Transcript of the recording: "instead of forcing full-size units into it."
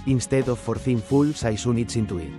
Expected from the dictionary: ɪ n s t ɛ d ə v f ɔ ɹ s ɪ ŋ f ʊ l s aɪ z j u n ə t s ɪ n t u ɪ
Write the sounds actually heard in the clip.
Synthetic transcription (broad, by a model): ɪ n s t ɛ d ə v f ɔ ɹ θ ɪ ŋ f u l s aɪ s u n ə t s ɪ n t u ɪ